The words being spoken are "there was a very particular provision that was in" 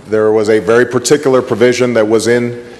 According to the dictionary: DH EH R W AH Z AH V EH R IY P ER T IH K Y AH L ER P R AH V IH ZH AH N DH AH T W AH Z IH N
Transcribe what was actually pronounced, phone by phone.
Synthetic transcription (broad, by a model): DH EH R W AH Z AH V EH R IY P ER T IH K Y L ER P R AH V IH ZH AH N DH AH T W AH Z IH N